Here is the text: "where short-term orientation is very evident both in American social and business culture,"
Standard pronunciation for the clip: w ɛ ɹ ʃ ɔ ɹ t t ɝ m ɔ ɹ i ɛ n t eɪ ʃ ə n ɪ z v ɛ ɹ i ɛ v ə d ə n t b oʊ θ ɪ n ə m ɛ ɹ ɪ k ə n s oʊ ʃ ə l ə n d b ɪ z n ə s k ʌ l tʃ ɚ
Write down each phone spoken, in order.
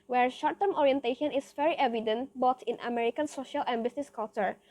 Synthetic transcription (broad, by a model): w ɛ ɹ ʃ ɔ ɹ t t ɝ m ɔ ɹ i ɛ n t eɪ ʃ ə n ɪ s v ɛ ɹ i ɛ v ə d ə n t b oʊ t ɪ n ə m ɛ ɹ ɪ k ə n s oʊ ʃ ə l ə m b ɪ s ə s k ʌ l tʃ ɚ